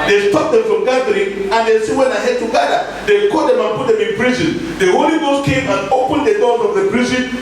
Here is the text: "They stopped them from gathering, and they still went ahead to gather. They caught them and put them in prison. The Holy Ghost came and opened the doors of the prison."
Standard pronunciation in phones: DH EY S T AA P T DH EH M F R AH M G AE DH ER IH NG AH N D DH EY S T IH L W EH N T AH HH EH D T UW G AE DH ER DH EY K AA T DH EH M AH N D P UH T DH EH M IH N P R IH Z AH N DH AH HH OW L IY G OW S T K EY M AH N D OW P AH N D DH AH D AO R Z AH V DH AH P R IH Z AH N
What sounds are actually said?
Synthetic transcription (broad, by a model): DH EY S T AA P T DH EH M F R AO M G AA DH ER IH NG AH N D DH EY S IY W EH N AH HH EH D T UW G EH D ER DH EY K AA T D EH M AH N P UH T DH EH M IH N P R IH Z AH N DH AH HH OW L IY G OW S T K EY M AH N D OW P AH N D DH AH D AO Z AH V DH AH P R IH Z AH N